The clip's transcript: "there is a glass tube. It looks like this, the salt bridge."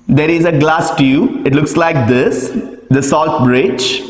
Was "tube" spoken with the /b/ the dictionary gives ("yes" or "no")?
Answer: no